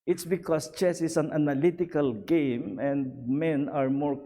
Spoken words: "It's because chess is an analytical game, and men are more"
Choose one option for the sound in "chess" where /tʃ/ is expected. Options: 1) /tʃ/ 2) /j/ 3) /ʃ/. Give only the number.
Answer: 1